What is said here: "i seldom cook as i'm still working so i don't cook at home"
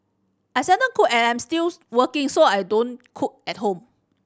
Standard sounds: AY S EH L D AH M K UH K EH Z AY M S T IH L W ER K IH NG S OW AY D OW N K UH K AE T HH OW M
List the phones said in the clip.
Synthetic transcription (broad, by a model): AY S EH D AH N K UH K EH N AY M S T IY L W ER K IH NG S OW AY D OW N K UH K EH T HH OW M